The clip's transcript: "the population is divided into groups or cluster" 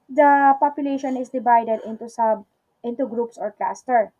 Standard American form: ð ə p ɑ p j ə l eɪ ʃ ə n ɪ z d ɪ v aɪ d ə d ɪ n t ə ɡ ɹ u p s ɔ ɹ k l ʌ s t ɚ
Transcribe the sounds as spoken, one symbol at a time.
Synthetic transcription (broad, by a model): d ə p ɑ p j ə l eɪ ʃ ə n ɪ s d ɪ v aɪ d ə d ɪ n t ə ɡ ɹ u p s ɔ ɹ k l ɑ s t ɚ